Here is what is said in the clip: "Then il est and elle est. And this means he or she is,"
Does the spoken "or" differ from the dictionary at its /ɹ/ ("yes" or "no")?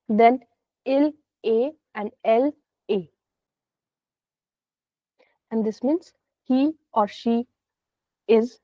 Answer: no